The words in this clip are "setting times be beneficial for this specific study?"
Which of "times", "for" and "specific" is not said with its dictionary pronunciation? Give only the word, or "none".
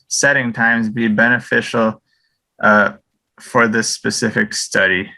none